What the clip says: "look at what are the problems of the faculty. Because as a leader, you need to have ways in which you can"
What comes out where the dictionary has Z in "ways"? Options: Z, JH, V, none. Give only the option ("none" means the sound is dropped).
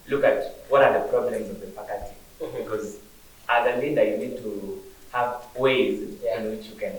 Z